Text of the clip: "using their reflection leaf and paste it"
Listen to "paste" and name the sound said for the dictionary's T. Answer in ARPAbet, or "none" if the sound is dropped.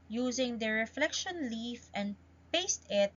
T